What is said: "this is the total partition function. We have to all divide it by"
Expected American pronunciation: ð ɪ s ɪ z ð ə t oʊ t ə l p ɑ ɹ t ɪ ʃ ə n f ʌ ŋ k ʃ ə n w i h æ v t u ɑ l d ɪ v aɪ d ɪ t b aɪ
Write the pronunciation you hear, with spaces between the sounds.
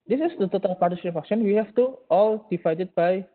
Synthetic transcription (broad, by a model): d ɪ s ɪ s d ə t oʊ t ə l p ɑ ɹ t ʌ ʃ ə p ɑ k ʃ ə n w i h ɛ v t u ɑ l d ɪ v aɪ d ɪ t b aɪ